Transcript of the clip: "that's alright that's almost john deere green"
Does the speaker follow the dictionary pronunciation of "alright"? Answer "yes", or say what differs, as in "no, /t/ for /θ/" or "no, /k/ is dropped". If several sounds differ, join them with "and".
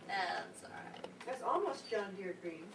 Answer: no, /l/ is dropped